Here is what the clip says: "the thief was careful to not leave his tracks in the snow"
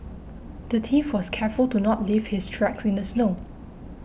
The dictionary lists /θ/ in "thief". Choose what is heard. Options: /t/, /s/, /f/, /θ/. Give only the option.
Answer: /t/